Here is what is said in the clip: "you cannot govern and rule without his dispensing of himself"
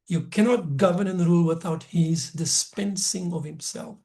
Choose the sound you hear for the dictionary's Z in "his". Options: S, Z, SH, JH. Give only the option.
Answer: Z